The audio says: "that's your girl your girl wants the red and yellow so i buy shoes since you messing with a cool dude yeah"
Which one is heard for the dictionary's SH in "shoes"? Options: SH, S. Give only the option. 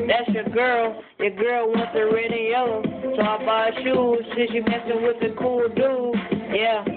SH